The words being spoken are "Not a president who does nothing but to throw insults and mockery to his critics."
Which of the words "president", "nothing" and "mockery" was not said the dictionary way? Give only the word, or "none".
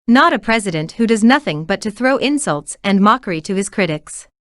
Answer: none